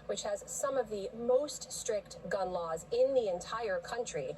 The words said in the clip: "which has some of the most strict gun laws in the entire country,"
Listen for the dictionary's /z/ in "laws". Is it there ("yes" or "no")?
yes